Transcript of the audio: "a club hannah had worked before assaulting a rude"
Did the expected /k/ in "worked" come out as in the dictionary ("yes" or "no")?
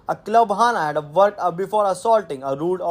no